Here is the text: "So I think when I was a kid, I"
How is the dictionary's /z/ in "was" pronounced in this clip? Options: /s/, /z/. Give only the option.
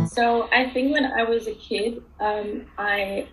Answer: /z/